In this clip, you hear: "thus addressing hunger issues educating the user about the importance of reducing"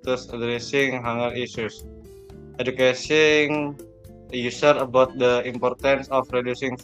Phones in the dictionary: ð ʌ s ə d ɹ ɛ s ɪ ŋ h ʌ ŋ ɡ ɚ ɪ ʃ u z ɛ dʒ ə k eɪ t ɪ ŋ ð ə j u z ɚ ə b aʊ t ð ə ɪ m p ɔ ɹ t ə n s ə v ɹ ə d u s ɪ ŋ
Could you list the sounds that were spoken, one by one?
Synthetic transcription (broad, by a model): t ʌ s ə d ɹ ɛ s ɪ ŋ h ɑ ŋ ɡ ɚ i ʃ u s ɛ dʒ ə k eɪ s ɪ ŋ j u s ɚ ə b aʊ t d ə ɪ m p ɔ ɹ t ə n s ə f ɹ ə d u s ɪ ŋ